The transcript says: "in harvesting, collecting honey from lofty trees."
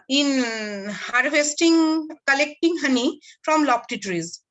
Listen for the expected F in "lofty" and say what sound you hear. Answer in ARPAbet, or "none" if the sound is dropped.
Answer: P